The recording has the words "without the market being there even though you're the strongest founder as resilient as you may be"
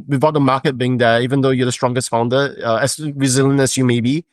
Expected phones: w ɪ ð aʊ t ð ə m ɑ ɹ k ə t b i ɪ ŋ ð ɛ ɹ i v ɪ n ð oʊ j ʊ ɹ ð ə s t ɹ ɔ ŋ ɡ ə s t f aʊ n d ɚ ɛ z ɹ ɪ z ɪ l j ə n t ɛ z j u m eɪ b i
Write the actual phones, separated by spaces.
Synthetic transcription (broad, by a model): w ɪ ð aʊ t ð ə m ɑ k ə t b i ɪ ŋ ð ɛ i v ɪ n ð oʊ j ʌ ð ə s t ɹ ɔ ŋ ɡ ə s t f aʊ n d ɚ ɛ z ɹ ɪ z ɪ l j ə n ɛ s j u m eɪ b i